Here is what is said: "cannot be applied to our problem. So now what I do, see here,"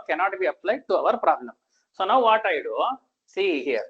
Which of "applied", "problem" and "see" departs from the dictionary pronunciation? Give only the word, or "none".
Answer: problem